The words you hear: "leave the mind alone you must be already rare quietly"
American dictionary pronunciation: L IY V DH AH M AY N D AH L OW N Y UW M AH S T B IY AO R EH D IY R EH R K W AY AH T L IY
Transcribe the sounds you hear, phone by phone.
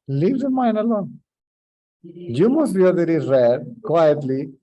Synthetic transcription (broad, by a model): L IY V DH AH M AY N AH L OW N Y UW M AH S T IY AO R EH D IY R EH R K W AY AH T L IY